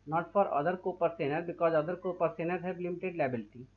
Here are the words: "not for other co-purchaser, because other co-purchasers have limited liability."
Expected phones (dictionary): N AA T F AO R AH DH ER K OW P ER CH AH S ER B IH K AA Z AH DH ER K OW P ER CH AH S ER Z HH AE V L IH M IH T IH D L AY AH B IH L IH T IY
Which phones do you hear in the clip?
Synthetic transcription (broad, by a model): N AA T F AO R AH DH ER K OW P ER S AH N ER B IH K AA Z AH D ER K OW P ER S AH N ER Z HH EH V L IH M IH T IH D L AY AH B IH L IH T IY